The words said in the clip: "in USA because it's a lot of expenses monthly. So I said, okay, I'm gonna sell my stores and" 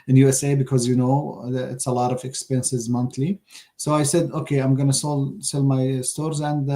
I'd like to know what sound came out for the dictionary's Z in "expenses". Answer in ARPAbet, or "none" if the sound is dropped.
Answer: Z